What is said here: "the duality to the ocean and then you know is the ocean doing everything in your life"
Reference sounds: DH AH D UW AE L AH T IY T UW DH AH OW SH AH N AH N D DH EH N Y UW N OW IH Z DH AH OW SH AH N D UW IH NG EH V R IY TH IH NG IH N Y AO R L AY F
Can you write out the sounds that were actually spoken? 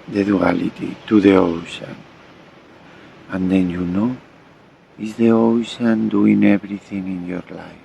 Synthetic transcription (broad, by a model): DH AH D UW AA L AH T IY T UW DH AH OW SH AH N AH N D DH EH N Y UW N OW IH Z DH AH OW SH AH N D UW IH NG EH B R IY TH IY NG IH N Y AO R L AY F